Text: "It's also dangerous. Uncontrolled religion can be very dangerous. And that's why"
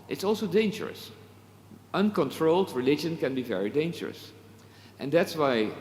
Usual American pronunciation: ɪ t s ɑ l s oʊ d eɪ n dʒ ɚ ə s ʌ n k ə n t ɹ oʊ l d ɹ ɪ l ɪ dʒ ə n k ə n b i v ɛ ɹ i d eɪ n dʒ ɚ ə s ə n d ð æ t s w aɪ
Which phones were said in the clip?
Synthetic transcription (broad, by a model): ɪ t s ɑ l s oʊ d eɪ n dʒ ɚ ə s ʌ n k ə n t ɹ oʊ l d ɹ ɪ l ɪ dʒ ə n k ə n b i v ɛ ɹ i d eɪ n dʒ ɚ ə s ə n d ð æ t s w aɪ